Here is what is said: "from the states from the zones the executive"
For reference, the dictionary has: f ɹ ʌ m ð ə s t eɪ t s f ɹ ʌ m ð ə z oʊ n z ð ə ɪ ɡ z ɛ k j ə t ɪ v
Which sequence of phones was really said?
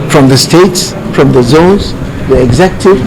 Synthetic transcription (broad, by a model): f ɹ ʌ m ð ə s t eɪ t s f ɹ ʌ m ð ə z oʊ z ð ə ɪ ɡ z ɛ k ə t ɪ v